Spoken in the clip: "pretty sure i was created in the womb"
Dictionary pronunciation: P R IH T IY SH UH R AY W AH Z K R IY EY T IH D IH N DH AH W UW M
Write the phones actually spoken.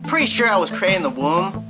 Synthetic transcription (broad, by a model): P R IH T IY SH UH R AY W AH Z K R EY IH IH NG DH AH W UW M